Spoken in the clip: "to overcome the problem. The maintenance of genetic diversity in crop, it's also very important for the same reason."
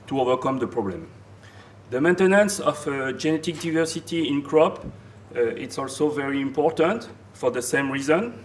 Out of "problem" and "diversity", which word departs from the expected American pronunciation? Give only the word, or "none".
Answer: none